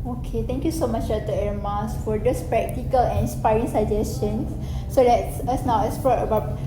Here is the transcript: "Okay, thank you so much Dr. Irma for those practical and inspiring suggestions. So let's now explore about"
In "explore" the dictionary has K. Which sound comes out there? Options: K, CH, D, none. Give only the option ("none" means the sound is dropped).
none